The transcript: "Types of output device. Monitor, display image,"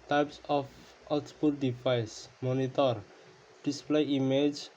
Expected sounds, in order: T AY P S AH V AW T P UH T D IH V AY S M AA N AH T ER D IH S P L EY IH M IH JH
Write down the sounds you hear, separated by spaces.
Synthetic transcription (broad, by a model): T AY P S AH P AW S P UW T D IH P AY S M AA N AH T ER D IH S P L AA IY M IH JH